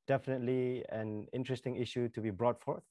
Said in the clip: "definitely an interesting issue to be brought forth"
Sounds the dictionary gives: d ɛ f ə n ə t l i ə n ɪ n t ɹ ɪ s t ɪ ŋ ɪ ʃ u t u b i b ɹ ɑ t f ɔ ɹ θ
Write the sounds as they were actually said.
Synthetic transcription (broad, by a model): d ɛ f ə n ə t l i ə n ɪ n t ɹ ɪ s t ɪ ŋ ɪ ʃ u t u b i b ɹ ɑ t f ɔ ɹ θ